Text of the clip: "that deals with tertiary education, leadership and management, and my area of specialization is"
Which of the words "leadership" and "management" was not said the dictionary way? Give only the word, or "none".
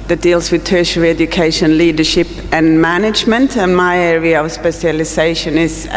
none